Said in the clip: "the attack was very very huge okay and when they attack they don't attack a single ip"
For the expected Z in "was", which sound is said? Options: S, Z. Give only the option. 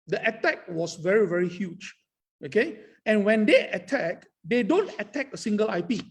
S